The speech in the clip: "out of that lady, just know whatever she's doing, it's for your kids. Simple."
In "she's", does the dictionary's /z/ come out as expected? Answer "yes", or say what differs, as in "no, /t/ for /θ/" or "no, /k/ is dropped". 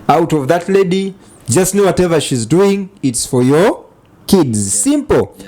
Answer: yes